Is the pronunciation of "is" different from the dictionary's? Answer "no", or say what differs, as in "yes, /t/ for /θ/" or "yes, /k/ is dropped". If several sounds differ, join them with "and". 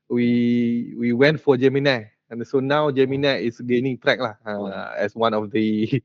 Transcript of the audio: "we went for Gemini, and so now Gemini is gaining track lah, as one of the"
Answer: yes, /s/ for /z/